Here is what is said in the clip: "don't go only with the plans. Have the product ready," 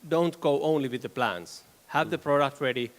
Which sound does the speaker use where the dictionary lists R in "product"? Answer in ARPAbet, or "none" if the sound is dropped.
R